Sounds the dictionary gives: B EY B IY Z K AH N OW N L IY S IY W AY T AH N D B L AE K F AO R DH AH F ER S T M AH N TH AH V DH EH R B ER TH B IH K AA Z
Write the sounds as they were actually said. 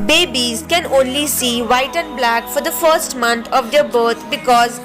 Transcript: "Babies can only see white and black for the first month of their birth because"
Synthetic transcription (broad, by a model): B EY B IY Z K AH N OW N L IY S IY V AY T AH N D B L AE K F AO R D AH F ER S T M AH N T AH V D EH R B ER T B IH K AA Z